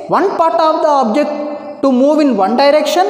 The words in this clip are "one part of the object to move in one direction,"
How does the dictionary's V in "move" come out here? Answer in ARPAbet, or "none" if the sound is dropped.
V